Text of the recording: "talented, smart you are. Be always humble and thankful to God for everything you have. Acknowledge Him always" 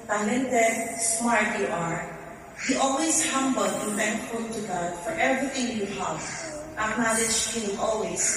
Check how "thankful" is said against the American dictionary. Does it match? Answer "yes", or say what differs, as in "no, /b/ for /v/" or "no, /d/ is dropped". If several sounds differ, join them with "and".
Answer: no, /f/ is dropped